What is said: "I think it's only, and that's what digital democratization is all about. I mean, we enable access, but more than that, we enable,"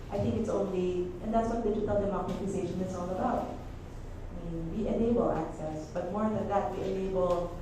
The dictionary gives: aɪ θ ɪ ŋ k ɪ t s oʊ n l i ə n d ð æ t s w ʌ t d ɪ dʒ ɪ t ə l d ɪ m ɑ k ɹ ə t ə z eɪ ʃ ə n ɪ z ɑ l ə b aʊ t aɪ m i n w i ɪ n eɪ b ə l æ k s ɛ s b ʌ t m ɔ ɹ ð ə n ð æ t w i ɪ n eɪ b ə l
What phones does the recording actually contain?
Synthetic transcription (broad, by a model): aɪ θ ɪ ŋ k ɪ t s oʊ n l i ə n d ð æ t s w ʌ t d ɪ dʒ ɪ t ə l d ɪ m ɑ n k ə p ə s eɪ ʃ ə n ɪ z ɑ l ə b aʊ t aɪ m i n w i ɪ n eɪ b ə l æ k s ɛ s b ʌ t m ɔ ɹ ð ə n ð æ t w i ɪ n eɪ b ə l